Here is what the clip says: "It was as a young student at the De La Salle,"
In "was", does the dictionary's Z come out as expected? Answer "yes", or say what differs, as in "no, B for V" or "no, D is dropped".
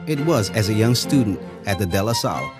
yes